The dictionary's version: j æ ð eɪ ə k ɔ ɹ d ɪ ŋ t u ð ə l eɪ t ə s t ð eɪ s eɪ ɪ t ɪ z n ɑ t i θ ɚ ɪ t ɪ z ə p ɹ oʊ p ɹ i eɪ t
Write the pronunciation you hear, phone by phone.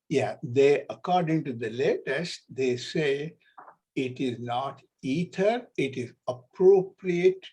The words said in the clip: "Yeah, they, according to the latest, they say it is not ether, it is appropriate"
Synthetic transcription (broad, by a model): j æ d eɪ ə k ɔ ɹ d ɪ ŋ t u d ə l eɪ t ə s t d eɪ s eɪ ɪ t ɪ z n ɑ t i t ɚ ɪ t ɪ z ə p ɹ oʊ p ɹ i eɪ t